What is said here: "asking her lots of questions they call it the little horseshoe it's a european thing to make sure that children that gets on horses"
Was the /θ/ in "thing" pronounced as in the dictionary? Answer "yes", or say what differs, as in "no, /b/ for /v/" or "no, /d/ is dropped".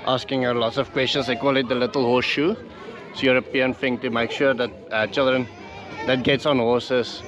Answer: no, /f/ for /θ/